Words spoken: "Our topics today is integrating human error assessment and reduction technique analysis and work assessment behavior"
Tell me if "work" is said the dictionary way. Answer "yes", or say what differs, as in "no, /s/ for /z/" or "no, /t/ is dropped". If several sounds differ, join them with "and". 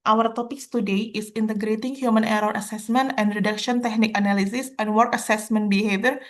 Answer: yes